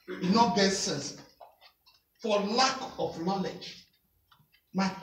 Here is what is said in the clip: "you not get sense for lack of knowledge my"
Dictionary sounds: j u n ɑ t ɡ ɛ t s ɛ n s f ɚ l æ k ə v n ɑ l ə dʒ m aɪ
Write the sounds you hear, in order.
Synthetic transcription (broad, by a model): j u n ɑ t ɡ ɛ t s ɛ n s f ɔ l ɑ k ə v n ɑ l ə dʒ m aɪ